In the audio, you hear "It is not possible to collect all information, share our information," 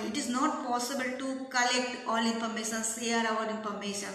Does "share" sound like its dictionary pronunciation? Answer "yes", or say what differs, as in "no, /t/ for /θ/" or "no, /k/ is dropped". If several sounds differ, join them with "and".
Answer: no, /s/ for /ʃ/